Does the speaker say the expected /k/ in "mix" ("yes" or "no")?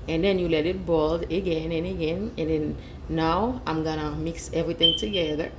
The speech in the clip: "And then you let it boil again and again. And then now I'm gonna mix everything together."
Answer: yes